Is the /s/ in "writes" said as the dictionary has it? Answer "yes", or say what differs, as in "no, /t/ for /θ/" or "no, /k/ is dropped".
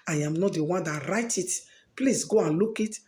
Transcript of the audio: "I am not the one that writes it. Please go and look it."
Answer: no, /s/ is dropped